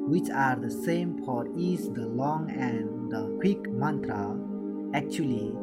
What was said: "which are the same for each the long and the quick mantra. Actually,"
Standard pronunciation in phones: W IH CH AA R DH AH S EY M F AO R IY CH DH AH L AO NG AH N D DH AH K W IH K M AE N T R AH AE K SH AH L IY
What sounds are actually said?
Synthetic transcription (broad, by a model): W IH CH AA R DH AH S EY M P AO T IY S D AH L AO NG AH N D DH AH K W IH K M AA N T R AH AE K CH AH L IY